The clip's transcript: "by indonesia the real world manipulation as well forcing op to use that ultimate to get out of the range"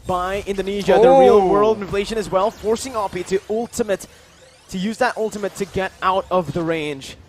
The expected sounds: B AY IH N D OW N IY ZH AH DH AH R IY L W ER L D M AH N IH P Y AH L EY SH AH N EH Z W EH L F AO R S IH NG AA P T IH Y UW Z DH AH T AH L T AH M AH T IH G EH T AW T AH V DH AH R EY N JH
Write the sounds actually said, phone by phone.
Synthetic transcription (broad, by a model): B AY IH N D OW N IY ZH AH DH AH R IY L W ER L D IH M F L EY SH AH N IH Z W EH L F AO R S IH NG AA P T IH Y UW Z DH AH T AH L T AH M AH T IH G EH T AW T AH V DH AH R EY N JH